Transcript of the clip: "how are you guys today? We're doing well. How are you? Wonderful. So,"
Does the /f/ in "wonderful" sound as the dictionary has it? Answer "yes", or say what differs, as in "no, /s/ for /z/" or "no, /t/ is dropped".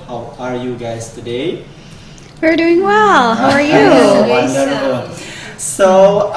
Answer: no, /f/ is dropped